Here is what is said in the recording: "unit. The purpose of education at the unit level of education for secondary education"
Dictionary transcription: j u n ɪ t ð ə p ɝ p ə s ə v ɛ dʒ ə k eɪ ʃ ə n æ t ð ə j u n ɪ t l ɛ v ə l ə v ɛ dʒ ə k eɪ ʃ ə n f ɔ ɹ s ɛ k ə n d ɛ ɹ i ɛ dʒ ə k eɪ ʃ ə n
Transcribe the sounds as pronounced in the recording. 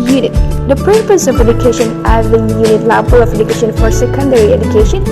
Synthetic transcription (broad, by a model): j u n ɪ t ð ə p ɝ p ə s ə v ɛ dʒ ə k eɪ ʃ ə n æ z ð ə j u n ɪ t l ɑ b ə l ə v ɛ dʒ ə k eɪ ʃ ə n f ɔ ɹ s ɛ k ə n d ɛ ɹ i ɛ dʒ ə k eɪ ʃ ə n